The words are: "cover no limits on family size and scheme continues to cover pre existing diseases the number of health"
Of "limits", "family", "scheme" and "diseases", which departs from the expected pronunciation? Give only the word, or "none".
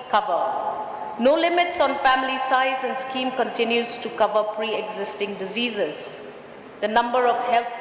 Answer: none